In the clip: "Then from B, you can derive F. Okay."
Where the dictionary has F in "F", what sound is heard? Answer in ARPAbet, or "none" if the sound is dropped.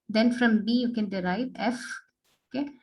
F